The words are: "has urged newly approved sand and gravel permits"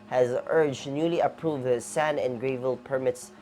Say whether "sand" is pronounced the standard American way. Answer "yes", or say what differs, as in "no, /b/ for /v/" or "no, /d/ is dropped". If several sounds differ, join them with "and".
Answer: no, /d/ is dropped